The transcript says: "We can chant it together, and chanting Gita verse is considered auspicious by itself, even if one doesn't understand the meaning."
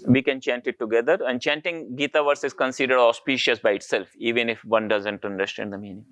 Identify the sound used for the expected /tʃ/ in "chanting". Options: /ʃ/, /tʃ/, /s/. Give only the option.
/tʃ/